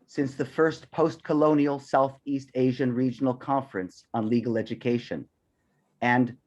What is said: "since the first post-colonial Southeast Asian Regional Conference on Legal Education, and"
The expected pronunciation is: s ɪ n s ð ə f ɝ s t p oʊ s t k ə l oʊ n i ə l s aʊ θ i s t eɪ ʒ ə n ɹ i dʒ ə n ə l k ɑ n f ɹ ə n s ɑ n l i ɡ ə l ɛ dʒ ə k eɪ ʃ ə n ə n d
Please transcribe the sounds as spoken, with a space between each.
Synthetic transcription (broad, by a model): s ɪ n s ð ə f ɝ s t p oʊ s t k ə l oʊ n i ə l s aʊ θ i s t eɪ ʒ ə n ɹ i dʒ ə n l k ɑ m f ɹ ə n s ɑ n l i ɡ l ɛ dʒ ə k eɪ ʃ ə n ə n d